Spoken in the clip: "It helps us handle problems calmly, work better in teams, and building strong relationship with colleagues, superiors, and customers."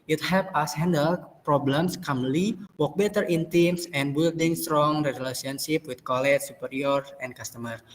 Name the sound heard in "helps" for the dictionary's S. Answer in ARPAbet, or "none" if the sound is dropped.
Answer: none